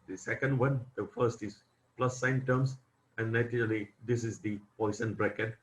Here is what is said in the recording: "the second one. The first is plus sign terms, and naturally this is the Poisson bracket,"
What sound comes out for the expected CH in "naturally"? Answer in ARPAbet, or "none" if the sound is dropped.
none